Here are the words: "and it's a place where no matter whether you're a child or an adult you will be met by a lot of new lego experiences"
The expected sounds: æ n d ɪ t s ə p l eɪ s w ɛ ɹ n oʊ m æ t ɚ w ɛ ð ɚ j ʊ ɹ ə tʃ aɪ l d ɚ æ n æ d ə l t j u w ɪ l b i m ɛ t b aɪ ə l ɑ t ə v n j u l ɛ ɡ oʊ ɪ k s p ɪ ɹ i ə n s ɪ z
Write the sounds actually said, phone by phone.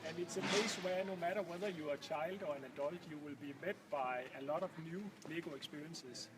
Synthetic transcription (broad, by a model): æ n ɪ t s ə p eɪ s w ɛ n oʊ m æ t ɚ w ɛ ð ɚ j ə tʃ aɪ l d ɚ æ n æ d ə l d j u w ɪ l b i m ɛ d b aɪ ə l ɑ t ə v n j u l ɛ ɡ oʊ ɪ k s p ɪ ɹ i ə n s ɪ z